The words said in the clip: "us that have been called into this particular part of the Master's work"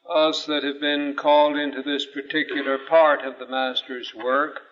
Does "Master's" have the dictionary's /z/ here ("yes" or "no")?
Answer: yes